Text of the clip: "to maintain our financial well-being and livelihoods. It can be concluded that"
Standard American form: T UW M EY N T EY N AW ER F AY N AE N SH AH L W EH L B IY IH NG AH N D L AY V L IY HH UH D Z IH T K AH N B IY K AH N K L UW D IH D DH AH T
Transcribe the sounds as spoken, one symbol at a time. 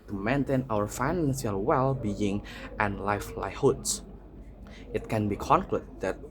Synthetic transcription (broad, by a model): T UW M EY N T EY N AW ER F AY N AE N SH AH L W EH L B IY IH NG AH N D L AY F L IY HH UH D S IH T K AH N B IY K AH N K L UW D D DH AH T